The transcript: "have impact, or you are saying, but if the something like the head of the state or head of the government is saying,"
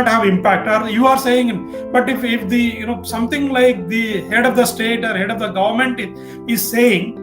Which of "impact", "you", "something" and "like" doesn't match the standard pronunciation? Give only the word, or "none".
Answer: something